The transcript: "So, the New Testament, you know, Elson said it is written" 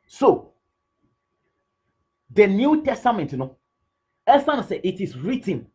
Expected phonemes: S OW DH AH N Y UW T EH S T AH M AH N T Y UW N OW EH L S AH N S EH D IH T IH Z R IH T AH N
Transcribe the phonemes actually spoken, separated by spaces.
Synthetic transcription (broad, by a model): S OW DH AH N Y UW T EH S T AH M AH N T N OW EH S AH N S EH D IH T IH S R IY T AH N